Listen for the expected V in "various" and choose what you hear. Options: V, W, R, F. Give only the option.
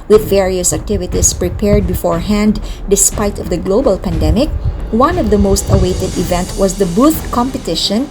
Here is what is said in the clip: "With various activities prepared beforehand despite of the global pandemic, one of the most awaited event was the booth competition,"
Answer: V